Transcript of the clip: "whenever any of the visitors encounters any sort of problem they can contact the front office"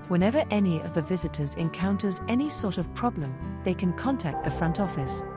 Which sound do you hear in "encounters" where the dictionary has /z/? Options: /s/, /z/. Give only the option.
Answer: /z/